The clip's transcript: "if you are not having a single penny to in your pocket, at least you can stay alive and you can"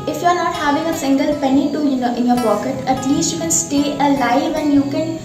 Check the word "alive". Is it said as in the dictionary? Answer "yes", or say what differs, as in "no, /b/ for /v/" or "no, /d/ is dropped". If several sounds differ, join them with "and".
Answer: yes